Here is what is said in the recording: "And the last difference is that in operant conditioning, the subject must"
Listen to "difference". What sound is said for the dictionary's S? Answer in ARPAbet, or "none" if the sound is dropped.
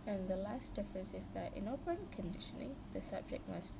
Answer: S